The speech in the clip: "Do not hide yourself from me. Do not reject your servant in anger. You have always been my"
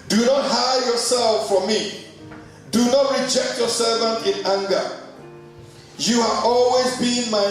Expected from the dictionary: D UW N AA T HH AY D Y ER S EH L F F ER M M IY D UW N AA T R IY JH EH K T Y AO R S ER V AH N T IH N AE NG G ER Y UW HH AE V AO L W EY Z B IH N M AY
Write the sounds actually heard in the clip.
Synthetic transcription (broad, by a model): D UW N AA T HH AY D Y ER S EH L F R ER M M IY D UW N AA T R IY JH EH K T Y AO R S ER V AH N T IH N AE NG G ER Y UW HH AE V AO L W EY Z B IH N M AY